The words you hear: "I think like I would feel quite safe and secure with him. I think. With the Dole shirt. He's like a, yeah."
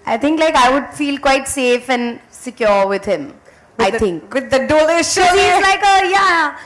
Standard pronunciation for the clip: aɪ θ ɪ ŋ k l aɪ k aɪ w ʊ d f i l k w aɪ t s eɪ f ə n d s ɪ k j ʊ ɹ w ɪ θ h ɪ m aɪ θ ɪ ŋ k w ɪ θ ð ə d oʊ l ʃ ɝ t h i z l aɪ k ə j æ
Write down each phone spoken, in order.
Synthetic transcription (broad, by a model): aɪ t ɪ ŋ k l aɪ k aɪ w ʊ d f i l k w aɪ t s eɪ f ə n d s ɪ k j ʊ ɹ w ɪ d h ɪ m aɪ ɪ ŋ k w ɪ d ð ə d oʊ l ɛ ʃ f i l l aɪ k ə j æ